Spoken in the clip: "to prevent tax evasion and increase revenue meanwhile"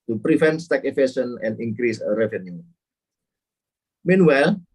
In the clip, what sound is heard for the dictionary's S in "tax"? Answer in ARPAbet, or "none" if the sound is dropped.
none